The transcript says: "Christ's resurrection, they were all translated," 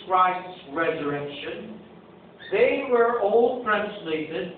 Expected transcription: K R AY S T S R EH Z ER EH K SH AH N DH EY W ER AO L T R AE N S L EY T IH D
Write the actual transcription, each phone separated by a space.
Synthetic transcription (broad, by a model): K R AY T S R EH Z ER EH K SH AH N DH EY W ER AO L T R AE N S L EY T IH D